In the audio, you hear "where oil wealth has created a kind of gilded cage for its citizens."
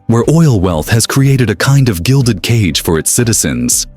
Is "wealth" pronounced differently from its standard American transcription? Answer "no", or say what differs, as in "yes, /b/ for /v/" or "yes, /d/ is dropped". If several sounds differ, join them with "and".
no